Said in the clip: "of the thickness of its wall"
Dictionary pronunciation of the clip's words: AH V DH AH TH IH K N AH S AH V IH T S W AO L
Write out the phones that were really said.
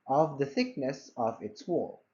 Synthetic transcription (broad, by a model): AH V DH AH TH IH K N AH S AH V IH T S W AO L